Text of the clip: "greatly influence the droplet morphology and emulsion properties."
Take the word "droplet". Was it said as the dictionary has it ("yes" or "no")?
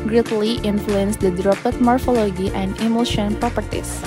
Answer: no